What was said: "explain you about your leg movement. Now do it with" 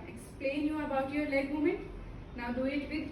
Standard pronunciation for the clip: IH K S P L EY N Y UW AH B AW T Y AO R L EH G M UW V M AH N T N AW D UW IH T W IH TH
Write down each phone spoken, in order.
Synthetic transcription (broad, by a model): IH K S P L EY N Y UW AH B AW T Y AO R L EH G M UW M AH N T N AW D UW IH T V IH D